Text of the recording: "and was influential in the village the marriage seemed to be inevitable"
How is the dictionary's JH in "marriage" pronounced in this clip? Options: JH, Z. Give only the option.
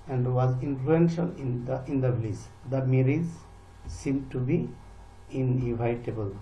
Z